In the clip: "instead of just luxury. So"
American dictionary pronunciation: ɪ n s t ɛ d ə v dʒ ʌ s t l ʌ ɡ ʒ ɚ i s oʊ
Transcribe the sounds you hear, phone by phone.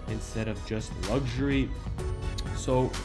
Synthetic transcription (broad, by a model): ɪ n s t ɛ d ə v dʒ ʌ s t l ʌ ɡ ʒ ɚ i s oʊ